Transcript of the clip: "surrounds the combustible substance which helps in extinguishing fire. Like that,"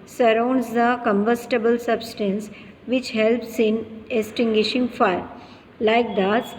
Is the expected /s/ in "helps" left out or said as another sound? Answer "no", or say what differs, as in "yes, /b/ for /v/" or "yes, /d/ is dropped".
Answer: no